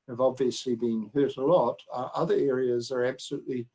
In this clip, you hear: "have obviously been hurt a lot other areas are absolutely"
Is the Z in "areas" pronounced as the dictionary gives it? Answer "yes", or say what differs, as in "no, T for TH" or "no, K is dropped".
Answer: yes